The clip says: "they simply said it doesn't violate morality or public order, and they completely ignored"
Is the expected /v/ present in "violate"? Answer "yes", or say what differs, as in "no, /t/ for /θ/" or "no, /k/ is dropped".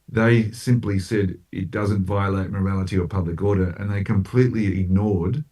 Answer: yes